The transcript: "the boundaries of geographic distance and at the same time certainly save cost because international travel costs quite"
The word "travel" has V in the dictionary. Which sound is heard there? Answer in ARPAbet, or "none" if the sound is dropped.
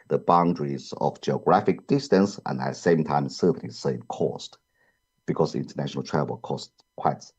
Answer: W